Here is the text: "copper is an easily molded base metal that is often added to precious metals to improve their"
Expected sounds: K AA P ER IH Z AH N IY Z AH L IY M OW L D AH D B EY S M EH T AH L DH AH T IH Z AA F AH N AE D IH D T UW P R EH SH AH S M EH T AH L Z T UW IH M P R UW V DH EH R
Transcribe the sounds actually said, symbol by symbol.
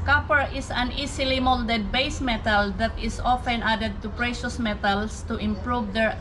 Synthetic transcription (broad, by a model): K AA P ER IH S AH N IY S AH L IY M OW L D AH D B EY S M EH T AH L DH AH T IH S AA F AH N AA D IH D T UW P R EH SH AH S M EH T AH L S T UW IH M P R UW V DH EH R